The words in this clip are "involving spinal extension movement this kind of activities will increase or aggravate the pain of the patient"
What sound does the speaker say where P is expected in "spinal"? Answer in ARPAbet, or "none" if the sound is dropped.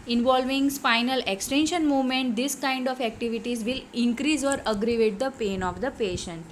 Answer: F